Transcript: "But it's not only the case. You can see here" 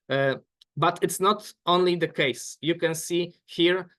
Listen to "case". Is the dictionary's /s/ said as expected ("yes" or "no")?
yes